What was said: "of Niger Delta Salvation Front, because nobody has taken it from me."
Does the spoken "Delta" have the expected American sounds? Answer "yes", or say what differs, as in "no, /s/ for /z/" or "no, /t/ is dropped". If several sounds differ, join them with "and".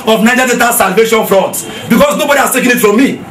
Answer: no, /l/ is dropped